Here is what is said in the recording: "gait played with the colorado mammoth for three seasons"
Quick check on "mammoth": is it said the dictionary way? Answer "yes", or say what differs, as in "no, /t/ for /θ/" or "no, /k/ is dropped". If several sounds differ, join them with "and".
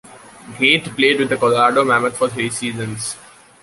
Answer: no, /t/ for /θ/